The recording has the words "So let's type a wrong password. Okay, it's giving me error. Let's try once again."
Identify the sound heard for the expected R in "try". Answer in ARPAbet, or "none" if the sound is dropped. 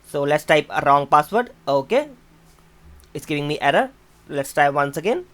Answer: none